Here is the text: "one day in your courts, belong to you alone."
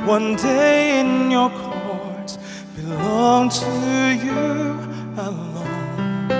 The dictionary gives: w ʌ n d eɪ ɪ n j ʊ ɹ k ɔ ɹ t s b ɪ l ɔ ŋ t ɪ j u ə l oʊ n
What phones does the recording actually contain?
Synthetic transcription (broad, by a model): w ʌ n d eɪ ɪ n j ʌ ɹ k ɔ ɹ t b ɪ l ɔ ŋ t ɪ j u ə l oʊ n